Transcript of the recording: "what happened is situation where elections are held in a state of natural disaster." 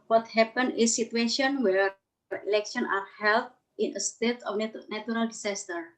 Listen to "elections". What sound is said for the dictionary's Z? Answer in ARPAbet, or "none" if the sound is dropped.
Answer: none